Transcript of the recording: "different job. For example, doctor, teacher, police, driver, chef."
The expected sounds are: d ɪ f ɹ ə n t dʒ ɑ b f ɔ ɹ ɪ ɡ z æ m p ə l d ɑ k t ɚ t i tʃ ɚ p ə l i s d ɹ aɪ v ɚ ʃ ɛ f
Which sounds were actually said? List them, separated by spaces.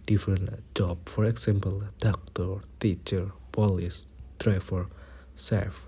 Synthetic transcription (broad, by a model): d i f ɹ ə n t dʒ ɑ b f ɔ ɹ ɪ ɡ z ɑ m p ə l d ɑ k t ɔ t i tʃ ɚ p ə l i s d ɹ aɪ f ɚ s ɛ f